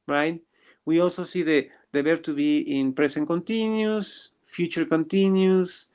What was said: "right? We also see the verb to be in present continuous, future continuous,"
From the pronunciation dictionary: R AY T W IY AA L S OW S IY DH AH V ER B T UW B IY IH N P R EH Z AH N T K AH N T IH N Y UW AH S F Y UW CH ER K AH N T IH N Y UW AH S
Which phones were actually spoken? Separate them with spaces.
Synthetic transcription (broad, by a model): R AY T W IY AA L S OW S IY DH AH B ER T UW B IY IH N P R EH S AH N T K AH N T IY N Y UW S F Y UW CH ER K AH N T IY N Y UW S